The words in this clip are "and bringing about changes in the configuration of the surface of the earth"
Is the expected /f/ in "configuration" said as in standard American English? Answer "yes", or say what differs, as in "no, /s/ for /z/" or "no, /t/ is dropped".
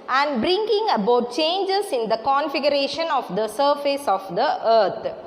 yes